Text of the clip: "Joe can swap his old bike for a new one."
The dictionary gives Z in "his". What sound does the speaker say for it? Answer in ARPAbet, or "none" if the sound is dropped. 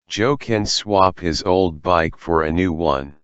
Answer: Z